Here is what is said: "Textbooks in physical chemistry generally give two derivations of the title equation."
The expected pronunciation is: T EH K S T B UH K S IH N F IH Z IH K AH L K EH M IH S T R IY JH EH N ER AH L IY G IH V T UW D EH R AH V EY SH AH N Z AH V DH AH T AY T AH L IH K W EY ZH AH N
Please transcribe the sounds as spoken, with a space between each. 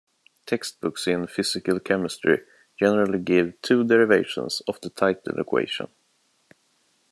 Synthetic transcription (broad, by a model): T EH K S T B UH K S IH N F IH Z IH K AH L K EH M IH S T R IY JH EH N ER AH L IY G IH V T UW D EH R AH V EY SH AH N S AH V DH AH T AY T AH L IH K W EY SH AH N